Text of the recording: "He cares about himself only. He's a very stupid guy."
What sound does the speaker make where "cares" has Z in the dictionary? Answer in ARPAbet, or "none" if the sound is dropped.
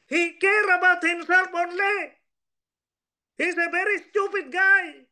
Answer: none